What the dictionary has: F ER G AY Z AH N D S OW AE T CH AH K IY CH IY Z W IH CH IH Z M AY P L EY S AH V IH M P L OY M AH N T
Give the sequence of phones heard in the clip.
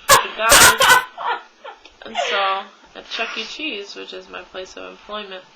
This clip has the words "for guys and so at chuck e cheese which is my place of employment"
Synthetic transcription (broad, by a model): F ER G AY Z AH N S OW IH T CH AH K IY CH IY Z W IH CH IH Z M AY P L EY S AH V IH M P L OY M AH N T